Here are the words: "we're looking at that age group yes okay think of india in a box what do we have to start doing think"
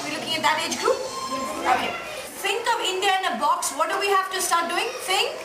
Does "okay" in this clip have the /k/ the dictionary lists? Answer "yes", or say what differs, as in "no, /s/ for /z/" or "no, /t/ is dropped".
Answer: no, /k/ is dropped